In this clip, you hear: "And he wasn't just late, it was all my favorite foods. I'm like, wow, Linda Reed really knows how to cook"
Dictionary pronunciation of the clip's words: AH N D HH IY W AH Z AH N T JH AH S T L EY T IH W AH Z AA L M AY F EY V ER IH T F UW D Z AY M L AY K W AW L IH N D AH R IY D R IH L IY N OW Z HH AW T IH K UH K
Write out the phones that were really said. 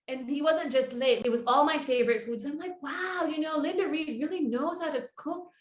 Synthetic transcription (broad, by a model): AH N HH IY W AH Z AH N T JH AH S T L EY T IH W AH Z AA L M AY F EY V ER IH T F UW D Z AY M L AY K W AW L IH N D AH R IY D R IH L IY N OW Z HH AW T IH K UH K